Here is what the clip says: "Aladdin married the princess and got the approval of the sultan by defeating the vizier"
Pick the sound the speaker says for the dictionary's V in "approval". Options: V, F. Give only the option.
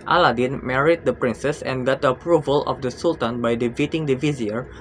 V